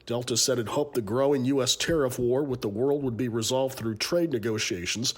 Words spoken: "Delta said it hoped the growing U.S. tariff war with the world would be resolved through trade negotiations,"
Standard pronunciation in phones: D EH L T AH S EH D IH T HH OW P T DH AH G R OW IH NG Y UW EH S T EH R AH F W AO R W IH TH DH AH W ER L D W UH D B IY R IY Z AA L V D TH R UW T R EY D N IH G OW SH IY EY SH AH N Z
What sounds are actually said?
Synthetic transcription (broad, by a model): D EH L T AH S EH D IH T HH OW P DH AH G R OW IH NG Y UW EH S T EH R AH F W AO R W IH DH AH W ER L D W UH D B IY R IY Z AA L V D TH R UW T R EY D N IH G OW SH IY EY SH N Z